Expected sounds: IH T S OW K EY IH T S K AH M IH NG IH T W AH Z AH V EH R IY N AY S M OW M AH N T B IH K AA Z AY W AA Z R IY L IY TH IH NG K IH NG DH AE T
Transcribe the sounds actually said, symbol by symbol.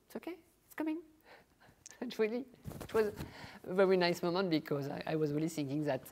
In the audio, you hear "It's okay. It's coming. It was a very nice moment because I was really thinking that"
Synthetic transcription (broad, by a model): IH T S OW K EY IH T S K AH M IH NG IH T W AH Z AH V EH R IY N AY S M OW M AH N T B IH K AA Z AY W AA Z R IY L IY TH IH NG K IH NG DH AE T